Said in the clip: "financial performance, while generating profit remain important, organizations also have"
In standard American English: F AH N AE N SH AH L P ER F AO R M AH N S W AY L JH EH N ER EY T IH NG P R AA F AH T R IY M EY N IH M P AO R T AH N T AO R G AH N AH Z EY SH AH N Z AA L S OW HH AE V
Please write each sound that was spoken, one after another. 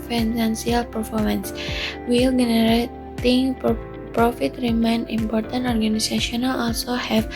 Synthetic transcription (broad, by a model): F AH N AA N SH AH L P ER F AO R M AH N S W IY L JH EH N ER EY T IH NG P R AA F AH T R IY M EY N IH M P AO R T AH N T AO R G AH N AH S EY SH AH N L AA L S OW HH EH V